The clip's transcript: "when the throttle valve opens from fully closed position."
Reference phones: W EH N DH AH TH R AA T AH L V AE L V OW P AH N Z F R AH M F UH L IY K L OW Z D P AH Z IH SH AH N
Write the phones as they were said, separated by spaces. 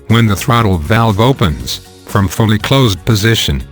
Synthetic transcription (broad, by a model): W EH N DH AH TH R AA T L V AE L V OW P AH N Z F R AH M F UH L IY K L OW Z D P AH Z IH SH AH N